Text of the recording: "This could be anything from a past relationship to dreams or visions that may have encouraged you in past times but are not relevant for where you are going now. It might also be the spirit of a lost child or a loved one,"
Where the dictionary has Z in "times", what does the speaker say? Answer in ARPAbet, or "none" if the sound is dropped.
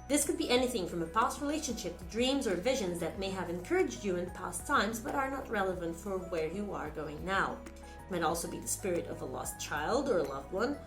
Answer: Z